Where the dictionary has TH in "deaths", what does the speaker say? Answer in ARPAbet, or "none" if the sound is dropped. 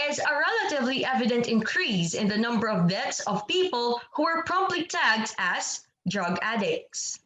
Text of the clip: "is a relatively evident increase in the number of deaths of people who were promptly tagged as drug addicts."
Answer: T